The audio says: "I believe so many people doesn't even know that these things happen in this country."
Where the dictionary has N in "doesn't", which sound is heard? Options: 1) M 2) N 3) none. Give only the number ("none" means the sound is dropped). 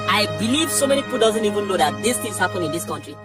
2